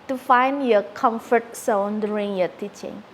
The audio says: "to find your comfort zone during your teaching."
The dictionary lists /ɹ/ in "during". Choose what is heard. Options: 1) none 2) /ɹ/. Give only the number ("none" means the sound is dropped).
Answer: 1